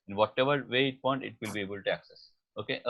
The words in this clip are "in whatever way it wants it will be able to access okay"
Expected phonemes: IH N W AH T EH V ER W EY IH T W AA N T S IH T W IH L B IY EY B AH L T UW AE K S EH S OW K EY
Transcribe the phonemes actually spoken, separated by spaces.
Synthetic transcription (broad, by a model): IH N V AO T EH V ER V EY IH T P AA N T IH T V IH L B IY EY B AH L T UW AE K S EH S OW K EY